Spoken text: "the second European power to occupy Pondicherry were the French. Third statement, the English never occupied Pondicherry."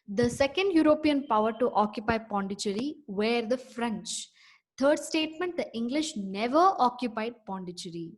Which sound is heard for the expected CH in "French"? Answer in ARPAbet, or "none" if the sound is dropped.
CH